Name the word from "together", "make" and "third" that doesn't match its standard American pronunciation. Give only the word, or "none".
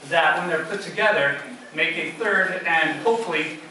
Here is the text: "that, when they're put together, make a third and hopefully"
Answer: none